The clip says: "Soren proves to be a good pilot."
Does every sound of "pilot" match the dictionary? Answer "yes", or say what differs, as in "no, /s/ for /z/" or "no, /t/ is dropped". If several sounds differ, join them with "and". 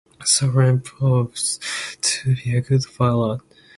no, /f/ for /p/